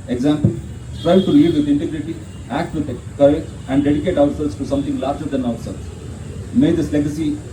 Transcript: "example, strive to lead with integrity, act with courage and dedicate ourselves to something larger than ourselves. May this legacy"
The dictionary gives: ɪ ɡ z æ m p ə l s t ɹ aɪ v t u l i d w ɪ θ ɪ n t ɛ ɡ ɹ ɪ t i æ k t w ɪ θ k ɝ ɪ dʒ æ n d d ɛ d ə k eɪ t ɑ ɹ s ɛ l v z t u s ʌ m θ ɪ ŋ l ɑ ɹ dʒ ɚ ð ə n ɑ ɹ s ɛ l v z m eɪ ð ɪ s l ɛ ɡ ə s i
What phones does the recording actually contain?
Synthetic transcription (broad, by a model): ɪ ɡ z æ m p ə l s t ɹ aɪ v t u l i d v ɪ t ɪ n t ɛ ɡ ɹ ɪ t i æ k t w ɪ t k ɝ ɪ æ n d d ɛ d ə k eɪ t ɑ ɹ s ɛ l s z t u s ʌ m t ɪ ŋ l ɑ ɹ dʒ ɚ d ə n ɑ ɹ s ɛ l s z m eɪ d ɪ s l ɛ ɡ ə s i